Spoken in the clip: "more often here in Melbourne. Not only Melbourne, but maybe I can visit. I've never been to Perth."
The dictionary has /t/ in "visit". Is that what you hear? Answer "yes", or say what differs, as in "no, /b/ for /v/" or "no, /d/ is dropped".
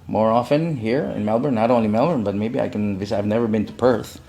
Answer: no, /t/ is dropped